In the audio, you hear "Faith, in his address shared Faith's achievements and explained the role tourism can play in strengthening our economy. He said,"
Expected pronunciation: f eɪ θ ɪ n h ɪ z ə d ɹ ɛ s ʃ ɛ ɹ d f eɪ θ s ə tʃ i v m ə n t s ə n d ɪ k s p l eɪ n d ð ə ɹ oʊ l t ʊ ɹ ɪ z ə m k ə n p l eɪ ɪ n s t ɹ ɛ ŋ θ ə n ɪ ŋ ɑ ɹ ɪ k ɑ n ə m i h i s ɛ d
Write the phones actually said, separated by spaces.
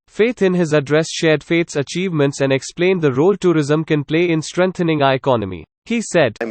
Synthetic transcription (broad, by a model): f eɪ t ɪ n h ɪ z ə d ɹ ɛ s ʃ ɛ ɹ d f eɪ t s ə tʃ i v m ə n t s ə n d ɪ k s p l eɪ n d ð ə ɹ oʊ l t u ɹ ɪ z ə m k ə n p l eɪ ɪ n s t ɹ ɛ ŋ t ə n ɪ ŋ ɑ ɪ k ɑ n ə m i h i s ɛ d